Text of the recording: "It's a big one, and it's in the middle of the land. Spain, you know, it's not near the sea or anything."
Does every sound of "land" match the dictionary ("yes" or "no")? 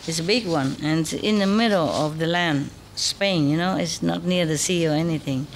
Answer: yes